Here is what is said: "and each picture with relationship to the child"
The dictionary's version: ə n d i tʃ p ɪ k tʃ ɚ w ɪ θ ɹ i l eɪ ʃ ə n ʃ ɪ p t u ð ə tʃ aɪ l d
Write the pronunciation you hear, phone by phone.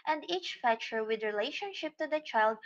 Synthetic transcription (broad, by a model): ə n d i tʃ f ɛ tʃ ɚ w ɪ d ɹ i l eɪ ʃ ə n ʃ ɪ p t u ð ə tʃ aɪ l d